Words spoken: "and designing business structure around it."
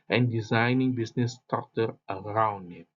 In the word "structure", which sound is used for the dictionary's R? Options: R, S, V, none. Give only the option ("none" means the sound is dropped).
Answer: none